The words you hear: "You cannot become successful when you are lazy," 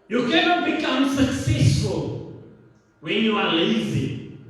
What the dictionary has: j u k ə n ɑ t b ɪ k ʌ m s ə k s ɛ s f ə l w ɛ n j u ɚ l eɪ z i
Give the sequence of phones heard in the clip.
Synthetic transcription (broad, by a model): j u k ə n ɑ t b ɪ k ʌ m s ə k s ɛ s f ə l w ɛ n j u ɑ l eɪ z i